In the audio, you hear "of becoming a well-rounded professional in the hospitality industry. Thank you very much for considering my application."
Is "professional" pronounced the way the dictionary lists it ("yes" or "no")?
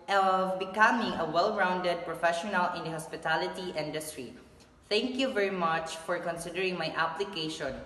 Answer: yes